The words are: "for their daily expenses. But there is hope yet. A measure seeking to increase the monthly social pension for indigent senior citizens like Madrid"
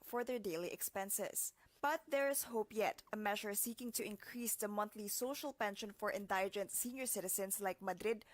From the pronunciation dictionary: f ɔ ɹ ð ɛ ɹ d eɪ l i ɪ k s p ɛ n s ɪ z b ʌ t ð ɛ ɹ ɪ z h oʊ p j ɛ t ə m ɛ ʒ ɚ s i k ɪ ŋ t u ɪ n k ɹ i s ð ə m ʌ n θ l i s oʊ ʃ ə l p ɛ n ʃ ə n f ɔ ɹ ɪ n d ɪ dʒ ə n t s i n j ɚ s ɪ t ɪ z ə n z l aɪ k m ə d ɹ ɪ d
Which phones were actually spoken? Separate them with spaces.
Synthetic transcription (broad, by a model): f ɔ ɹ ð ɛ ɹ d eɪ l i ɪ k s p ɛ n s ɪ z b ʌ t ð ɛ ɹ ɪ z h oʊ p j ɛ t ə m ɛ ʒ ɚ s i k ɪ ŋ t u ɪ n k ɹ i s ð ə m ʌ n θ l i s oʊ ʃ ə l p ɛ n ʃ ə n f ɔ ɹ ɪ n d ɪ dʒ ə n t s i n j ɚ s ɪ t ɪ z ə n s l aɪ k m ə d ɹ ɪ d